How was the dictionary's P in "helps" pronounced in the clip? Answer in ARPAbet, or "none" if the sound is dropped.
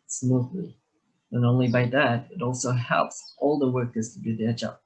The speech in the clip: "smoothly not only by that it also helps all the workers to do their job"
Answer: P